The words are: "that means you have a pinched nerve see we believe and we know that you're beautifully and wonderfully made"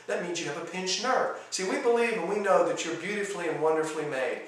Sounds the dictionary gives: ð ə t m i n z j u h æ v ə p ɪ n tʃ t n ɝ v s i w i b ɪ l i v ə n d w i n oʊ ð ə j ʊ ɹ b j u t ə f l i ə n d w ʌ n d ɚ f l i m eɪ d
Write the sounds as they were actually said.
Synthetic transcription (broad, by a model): ð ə t m i n z j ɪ v ə p ɪ n tʃ n ɝ v s i w i b ɪ l i v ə w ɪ n oʊ ð ə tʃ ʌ ɹ b j u t ə f l i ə n w ʌ n d ɚ f l i m eɪ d